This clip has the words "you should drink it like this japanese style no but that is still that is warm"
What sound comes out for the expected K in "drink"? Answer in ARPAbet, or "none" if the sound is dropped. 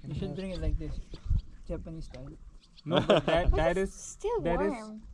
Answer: none